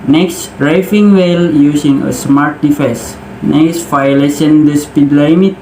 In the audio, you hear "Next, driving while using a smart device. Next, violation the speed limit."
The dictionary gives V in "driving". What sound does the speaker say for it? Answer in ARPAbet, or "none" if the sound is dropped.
F